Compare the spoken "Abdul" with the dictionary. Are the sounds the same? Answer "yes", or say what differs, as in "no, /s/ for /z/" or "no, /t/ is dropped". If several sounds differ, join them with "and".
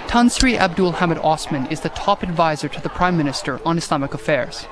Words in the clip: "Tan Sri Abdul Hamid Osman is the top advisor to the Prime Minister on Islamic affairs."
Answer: yes